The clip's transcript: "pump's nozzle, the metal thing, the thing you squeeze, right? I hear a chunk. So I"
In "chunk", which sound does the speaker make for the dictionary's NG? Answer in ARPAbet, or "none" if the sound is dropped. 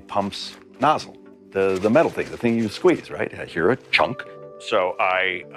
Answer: NG